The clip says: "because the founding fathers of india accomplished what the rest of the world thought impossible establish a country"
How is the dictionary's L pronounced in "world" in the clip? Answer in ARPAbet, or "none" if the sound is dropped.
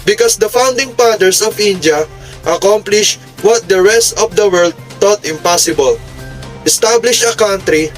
L